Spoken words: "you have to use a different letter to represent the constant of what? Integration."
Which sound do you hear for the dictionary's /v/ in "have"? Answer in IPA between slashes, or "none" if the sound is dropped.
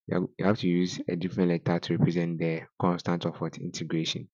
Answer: /f/